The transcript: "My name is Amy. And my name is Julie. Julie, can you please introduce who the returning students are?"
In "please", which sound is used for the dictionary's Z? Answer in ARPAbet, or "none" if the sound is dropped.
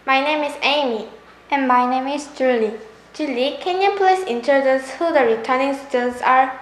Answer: S